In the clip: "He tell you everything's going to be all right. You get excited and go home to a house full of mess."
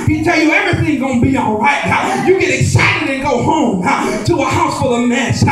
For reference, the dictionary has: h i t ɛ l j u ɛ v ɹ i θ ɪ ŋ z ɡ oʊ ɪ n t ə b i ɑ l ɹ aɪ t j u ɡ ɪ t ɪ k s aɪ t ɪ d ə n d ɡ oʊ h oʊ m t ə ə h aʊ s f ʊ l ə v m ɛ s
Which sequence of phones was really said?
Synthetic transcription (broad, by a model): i t ɛ l j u ɛ v ɹ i θ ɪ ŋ ɡ oʊ ɪ n b i ɑ l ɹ aɪ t j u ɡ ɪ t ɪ k s aɪ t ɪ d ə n ɡ oʊ h oʊ m t ə ə h aʊ s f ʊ l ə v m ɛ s